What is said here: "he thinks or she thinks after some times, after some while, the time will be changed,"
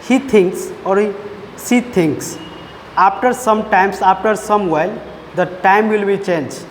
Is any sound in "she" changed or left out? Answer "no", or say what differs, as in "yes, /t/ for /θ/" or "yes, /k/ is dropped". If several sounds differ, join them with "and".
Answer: yes, /s/ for /ʃ/